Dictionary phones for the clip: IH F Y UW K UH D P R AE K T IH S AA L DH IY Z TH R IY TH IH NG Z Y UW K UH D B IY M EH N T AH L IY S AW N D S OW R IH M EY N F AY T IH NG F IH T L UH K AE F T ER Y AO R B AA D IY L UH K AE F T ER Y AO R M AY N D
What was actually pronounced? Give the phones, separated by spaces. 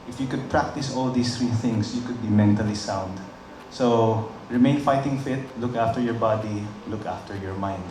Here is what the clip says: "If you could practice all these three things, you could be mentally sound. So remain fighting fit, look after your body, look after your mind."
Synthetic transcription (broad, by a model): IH F Y UW K UH D P R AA K T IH S AA L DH IY S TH R IY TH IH NG S Y UW K UH D B IY M EH N T AH L IY S AW N D S OW R IH M EY N F AY T IH NG F IH T L UH K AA F T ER Y AO R B AA D IY L UH K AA F T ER Y AO R M AY N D